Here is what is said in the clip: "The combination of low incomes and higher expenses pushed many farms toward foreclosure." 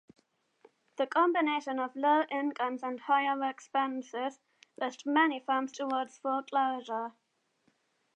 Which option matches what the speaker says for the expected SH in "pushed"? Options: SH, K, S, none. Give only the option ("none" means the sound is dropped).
S